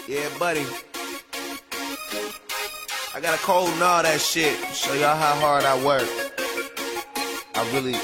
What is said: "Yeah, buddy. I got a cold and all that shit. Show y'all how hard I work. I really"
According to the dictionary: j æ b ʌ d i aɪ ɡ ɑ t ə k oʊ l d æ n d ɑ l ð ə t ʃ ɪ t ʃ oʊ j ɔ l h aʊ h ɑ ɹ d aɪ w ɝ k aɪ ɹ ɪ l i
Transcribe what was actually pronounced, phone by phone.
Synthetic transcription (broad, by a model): j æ b ʌ d i aɪ ɡ ɑ t ə k oʊ l d n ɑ ð ə t ʃ ɪ t s oʊ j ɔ h aʊ h ɑ ɹ d aɪ w ɝ k aɪ ɹ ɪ l i